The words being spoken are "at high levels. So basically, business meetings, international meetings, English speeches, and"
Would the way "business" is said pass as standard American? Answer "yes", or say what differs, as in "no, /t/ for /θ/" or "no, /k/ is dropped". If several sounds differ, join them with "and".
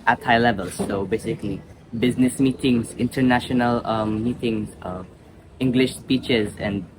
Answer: yes